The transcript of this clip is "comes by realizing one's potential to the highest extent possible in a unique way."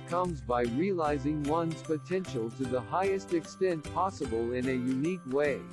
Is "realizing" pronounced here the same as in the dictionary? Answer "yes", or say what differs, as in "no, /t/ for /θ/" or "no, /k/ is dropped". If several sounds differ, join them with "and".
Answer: yes